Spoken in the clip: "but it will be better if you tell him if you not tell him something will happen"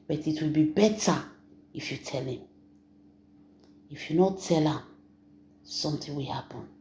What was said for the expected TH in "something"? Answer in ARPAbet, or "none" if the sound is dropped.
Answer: T